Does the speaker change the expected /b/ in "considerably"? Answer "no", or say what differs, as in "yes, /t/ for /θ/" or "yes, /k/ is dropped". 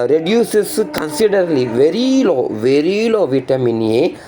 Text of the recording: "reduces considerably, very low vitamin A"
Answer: yes, /b/ is dropped